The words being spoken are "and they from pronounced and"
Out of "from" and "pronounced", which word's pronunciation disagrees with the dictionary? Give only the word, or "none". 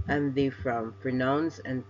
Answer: pronounced